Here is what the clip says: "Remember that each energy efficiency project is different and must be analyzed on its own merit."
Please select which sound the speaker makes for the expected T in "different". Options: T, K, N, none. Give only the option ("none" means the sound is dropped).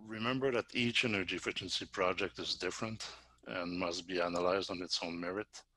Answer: T